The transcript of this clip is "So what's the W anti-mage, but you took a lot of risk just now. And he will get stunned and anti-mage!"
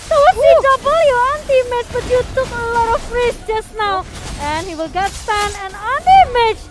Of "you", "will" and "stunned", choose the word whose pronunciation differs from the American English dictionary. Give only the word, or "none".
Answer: stunned